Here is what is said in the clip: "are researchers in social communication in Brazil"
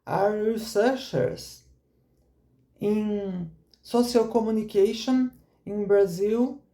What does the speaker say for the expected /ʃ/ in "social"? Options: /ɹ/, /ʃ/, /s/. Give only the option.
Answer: /s/